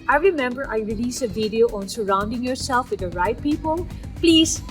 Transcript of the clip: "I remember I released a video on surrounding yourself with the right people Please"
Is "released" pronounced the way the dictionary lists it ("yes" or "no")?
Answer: no